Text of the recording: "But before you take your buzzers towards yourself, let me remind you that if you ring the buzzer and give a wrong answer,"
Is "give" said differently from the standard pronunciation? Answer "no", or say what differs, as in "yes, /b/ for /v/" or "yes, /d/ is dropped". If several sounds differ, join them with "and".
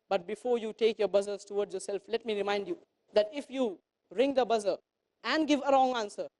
no